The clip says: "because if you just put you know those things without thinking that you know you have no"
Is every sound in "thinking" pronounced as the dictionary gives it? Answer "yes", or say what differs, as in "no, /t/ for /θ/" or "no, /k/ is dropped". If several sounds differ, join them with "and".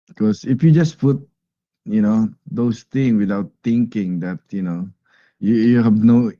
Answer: no, /t/ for /θ/